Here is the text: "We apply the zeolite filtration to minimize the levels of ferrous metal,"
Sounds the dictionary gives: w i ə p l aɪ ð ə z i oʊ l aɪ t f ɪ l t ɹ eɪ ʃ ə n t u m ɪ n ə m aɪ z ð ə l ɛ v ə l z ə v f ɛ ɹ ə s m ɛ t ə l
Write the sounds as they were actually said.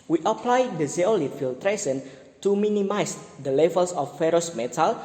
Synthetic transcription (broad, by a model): w i ə p l aɪ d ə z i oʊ l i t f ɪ l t ɹ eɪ s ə n t u m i n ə m aɪ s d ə l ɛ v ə l s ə f ɛ ɹ ə s m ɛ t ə l